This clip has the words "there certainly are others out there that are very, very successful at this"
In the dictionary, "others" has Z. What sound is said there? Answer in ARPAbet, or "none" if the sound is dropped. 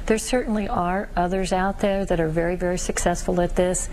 Z